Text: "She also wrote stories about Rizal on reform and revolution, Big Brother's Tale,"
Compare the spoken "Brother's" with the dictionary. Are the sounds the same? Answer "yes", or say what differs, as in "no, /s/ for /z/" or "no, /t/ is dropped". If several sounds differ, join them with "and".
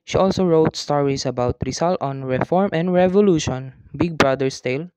no, /s/ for /z/